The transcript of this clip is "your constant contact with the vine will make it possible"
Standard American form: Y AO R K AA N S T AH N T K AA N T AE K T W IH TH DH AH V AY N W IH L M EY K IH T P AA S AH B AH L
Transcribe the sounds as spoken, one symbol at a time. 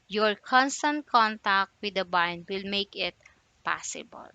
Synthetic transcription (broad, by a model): Y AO R K AA N S T AH N T K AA N T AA K T W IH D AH B AY N W IH L M EY K IH T P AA S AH B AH L